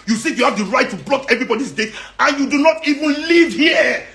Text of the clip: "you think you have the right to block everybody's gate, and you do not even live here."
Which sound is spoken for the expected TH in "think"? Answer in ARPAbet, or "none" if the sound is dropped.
S